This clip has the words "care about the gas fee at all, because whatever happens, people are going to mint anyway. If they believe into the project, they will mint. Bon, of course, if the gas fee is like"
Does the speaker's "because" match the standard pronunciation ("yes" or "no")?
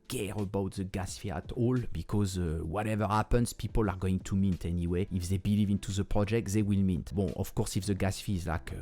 yes